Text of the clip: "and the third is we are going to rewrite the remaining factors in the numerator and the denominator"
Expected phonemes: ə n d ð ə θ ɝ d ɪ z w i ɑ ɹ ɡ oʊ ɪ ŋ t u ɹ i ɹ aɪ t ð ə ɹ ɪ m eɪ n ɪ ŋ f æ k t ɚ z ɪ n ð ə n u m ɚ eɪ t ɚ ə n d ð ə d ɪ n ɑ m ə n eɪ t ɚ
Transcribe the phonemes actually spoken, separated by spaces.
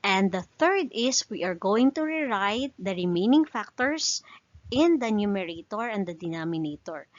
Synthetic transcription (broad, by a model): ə n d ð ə θ ɝ d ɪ s w i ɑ ɹ ɡ oʊ ɪ ŋ t u ɹ i ɹ aɪ t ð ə ɹ ɪ m eɪ n ɪ ŋ f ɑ k t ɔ s ɪ n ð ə n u m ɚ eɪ t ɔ ə n d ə d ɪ n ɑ m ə n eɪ t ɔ